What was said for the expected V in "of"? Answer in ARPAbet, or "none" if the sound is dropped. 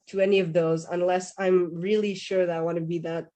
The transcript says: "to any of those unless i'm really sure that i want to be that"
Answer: V